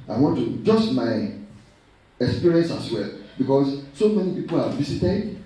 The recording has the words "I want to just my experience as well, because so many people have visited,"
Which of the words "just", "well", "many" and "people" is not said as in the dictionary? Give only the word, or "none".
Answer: none